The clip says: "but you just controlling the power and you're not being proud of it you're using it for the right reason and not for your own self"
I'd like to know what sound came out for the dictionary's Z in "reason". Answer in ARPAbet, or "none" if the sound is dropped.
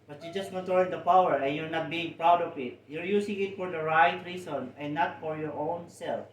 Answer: S